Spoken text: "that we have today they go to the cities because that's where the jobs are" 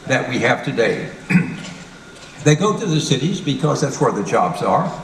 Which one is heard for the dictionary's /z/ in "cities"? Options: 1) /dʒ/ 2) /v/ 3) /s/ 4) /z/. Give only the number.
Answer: 4